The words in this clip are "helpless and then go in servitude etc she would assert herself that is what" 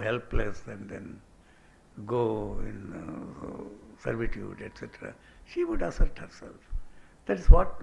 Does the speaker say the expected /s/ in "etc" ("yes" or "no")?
yes